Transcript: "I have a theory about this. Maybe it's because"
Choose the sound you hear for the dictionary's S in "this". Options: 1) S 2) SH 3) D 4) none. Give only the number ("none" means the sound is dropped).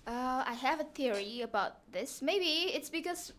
1